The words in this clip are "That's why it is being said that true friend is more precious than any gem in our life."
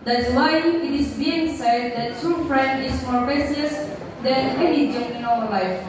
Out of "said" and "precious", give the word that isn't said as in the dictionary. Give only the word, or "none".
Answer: precious